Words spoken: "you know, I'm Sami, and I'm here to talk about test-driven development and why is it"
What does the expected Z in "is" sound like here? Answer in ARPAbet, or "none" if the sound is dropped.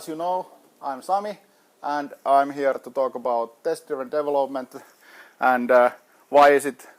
S